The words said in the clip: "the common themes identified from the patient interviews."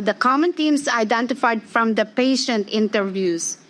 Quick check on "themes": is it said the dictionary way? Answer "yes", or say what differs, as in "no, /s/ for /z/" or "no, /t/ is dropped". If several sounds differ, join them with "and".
no, /t/ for /θ/